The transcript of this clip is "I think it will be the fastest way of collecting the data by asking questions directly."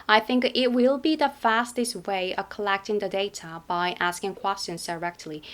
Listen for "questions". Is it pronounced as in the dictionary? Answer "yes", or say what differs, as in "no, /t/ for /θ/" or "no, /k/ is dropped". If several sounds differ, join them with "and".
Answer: yes